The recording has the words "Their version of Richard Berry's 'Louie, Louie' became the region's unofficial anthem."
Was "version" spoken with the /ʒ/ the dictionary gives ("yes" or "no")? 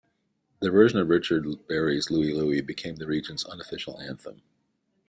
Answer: yes